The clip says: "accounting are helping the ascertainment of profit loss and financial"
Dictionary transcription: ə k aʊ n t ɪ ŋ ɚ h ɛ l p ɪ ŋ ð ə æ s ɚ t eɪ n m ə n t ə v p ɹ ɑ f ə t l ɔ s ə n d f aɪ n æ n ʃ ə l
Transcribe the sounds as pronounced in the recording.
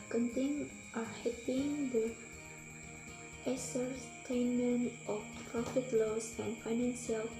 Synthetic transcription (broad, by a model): k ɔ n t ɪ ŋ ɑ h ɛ p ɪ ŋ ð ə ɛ s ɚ t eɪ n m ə n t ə f p ɹ ɑ f ə t l ɔ s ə n f aɪ n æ n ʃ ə l